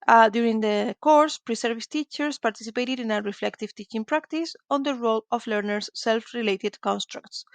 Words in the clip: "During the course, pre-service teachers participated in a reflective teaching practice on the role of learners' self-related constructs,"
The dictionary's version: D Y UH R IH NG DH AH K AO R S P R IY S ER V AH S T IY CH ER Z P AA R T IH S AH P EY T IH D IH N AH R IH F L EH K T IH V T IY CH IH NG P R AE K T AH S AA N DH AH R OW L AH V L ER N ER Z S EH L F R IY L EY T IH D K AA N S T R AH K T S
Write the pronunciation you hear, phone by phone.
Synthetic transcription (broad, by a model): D Y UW R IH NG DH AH K AO R S P R IY S ER V AH S T IY CH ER S P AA R T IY S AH P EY T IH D IH N AH R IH F L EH K T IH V T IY CH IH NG P R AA K T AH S AA N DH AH R OW L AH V L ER N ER S EH L F R IY L EY T IH D K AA N S T R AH K T S